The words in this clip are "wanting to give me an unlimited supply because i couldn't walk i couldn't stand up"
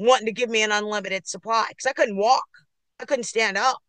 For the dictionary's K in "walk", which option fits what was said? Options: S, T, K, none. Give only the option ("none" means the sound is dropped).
K